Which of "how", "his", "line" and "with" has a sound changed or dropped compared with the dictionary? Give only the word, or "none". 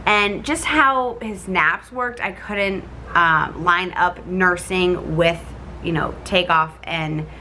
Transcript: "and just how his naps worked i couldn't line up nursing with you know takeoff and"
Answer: none